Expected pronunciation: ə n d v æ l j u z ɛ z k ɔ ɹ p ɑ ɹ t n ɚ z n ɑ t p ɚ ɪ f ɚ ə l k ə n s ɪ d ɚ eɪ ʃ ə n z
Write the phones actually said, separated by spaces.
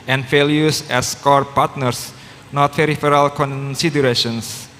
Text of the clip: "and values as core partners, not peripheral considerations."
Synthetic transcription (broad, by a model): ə n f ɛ l j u s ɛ s k ɔ ɹ p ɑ ɹ t n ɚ s n ɑ t f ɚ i f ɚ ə l k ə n s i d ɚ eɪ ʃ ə n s